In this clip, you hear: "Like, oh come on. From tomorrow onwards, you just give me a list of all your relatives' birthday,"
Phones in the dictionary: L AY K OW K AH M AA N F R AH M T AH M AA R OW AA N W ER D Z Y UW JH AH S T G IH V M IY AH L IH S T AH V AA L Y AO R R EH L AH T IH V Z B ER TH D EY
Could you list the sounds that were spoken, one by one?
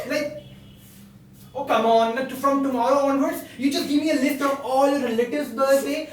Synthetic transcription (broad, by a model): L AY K OW K AH M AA N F R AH M T AH M AA R OW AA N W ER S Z Y UW JH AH S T G IH V M IY AH L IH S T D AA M AO L R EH L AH T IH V B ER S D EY